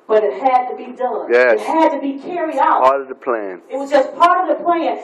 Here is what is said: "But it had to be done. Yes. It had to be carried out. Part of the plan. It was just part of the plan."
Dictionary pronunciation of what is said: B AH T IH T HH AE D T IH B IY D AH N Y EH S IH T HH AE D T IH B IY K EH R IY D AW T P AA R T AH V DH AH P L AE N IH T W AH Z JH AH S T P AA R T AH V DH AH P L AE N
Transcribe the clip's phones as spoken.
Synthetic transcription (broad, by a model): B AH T IH T HH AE D T IH B IY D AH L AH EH IH T HH AE D T IH B IY K EH R IY D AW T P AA R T AH V DH AH P L AE N IH T W AH Z JH AH S P AA R T AH V DH AH P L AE N